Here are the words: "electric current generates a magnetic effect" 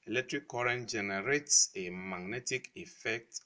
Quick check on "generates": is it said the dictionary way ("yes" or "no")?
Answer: yes